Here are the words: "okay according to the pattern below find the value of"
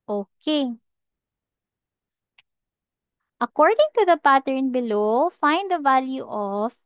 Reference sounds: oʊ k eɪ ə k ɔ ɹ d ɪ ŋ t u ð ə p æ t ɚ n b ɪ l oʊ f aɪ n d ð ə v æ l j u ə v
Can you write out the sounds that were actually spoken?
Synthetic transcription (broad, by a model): oʊ k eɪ ə k ɔ ɹ d ɪ ŋ t u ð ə p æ t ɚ n b ɪ l oʊ f aɪ n d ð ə v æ l j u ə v